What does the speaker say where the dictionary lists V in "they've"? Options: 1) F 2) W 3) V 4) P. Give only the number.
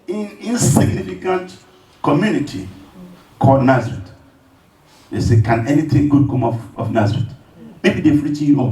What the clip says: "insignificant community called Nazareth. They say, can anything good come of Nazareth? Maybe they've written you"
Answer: 1